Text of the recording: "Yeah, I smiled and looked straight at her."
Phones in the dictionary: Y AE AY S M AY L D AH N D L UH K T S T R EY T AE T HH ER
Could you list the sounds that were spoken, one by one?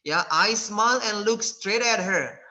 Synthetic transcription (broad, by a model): Y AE AY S M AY L AH N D L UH K S T R EY T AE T HH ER